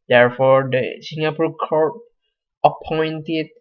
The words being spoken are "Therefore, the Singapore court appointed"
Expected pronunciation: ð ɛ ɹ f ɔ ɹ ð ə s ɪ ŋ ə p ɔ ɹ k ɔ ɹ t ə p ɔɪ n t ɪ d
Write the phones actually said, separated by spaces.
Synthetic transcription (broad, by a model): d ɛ ɹ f ɔ ɹ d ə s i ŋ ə p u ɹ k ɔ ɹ ə p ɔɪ n t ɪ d